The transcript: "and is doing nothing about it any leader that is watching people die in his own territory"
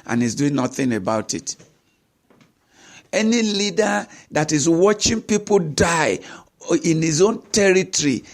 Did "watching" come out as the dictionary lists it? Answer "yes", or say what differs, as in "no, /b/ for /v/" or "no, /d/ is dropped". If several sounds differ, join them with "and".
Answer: yes